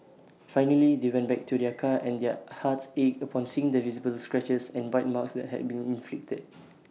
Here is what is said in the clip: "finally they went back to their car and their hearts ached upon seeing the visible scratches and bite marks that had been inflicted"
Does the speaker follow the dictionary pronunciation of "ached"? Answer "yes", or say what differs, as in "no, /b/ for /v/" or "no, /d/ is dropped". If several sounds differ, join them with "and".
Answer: no, /t/ is dropped